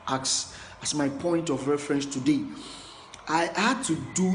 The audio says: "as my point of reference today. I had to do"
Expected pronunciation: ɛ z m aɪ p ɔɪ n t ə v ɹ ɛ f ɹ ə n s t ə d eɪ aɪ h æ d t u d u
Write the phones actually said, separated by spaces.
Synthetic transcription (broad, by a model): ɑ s m aɪ p ɔɪ n t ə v ɹ ɛ f ɹ ə n s t ə d eɪ aɪ h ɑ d t u d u